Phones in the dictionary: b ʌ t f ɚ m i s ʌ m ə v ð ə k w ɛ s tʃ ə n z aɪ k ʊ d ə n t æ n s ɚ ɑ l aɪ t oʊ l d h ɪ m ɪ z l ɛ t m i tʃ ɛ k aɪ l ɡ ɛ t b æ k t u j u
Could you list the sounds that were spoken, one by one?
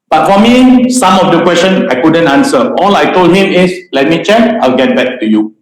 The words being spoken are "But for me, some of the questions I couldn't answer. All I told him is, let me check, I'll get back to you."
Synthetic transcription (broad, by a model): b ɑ t f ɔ m i s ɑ m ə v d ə k w ɛ s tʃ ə n aɪ k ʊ d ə n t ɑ n s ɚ ɑ l aɪ t oʊ l d h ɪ m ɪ s l ɛ t m i tʃ ɛ k aɪ l ɡ ɛ t b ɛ k t u j u